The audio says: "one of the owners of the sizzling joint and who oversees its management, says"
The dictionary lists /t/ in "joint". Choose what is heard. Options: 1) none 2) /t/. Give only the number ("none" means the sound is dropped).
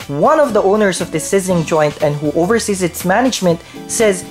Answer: 2